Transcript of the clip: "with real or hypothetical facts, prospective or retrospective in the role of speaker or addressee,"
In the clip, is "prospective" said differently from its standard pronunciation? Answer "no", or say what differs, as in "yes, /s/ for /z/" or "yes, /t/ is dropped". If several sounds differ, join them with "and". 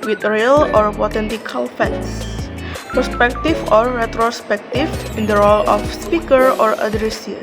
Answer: yes, /ɹ/ is dropped